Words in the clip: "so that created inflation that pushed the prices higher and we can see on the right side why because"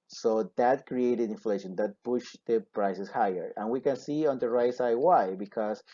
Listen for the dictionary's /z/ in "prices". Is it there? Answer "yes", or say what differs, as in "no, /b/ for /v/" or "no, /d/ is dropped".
no, /s/ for /z/